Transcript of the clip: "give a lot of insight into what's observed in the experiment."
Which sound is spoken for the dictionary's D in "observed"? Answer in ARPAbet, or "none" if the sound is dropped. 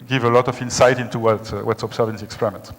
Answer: none